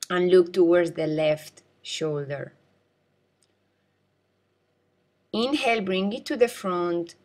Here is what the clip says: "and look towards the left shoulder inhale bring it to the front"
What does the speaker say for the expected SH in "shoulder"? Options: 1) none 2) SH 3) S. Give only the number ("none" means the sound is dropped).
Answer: 2